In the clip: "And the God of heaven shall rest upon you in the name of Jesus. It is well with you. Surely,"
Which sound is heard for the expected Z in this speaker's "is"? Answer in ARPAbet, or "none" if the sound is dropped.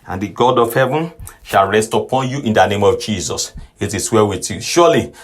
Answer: S